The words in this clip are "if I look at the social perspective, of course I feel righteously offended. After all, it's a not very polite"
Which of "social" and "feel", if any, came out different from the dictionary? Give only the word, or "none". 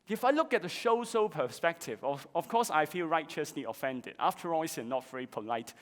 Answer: social